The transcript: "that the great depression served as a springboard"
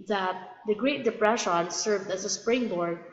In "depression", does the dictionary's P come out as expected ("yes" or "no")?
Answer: yes